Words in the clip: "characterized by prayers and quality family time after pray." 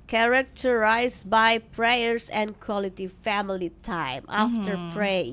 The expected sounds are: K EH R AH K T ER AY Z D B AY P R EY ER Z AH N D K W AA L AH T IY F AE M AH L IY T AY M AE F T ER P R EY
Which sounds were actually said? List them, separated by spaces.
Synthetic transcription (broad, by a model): K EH R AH K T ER AY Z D B AY P R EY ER S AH N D K W AA L AH T IY F AE M AH L IY T AY M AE F T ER P R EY